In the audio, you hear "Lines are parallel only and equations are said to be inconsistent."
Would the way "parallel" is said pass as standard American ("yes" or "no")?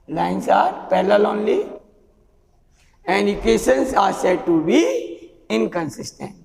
no